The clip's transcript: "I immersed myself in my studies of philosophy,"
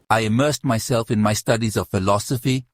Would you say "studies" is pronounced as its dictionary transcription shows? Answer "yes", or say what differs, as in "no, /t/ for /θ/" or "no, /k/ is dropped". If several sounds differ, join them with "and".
yes